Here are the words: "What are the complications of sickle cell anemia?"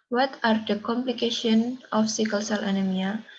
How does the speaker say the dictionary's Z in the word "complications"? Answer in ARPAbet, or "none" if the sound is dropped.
none